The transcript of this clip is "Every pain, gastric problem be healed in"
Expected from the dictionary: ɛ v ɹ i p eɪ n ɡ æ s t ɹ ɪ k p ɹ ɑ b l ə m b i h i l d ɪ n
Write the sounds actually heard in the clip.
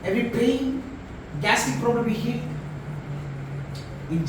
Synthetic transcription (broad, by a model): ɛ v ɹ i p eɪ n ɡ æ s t ɪ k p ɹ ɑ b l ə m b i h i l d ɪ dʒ